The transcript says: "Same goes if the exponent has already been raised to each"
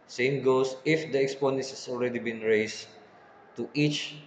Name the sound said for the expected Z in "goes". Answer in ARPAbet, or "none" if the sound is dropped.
S